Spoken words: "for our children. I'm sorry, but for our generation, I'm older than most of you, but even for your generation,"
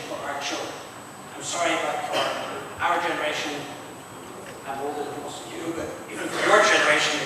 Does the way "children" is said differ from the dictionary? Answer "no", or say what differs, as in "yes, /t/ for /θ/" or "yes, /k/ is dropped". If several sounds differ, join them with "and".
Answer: yes, /n/ is dropped